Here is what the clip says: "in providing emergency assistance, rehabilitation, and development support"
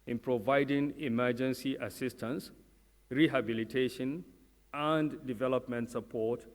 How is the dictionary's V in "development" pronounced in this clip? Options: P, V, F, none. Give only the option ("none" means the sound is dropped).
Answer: V